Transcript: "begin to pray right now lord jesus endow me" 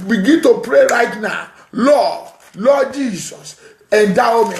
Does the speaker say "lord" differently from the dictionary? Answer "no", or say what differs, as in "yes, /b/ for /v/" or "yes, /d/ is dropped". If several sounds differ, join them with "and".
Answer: yes, /l/ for /ɹ/